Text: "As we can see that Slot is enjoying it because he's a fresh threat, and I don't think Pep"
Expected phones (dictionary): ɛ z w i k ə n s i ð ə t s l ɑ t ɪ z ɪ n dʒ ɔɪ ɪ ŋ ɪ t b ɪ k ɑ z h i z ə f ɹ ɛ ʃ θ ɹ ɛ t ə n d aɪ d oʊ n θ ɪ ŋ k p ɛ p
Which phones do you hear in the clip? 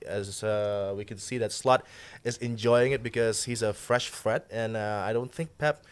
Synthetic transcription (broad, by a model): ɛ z w i k ə n s i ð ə t s l ɑ t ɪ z ɪ n dʒ ɔɪ ɪ ŋ ɪ t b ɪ k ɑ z h i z ə f ɹ ɛ ʃ f ɹ ɛ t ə n aɪ d oʊ n θ ɪ ŋ k p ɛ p